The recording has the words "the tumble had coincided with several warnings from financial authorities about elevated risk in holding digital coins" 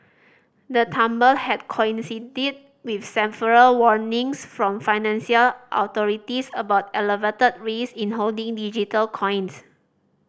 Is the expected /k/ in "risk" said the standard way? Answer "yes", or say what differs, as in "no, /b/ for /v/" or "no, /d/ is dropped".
no, /k/ is dropped